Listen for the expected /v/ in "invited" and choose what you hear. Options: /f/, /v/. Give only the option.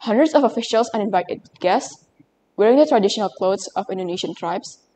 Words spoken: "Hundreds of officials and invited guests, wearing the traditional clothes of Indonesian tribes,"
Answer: /v/